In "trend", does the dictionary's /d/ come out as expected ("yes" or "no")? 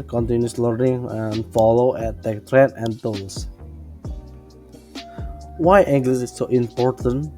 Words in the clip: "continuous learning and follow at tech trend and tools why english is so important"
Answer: no